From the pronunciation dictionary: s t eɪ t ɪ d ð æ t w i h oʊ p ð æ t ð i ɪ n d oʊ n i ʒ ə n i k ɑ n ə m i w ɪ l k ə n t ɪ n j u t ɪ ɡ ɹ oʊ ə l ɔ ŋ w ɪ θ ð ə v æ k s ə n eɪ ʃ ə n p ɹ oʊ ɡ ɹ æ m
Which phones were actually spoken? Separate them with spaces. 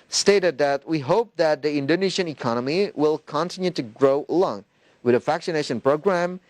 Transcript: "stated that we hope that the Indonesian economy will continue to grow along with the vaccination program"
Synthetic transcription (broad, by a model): s t eɪ t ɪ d ð æ t w i h oʊ p ð æ t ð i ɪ n d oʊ n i ʃ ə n i k ɑ n ə m i w ɪ l k ə n t ɪ n j u t ɪ ɡ ɹ oʊ ə l ɔ ŋ w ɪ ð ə f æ k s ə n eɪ ʃ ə n p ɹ oʊ ɡ ɹ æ m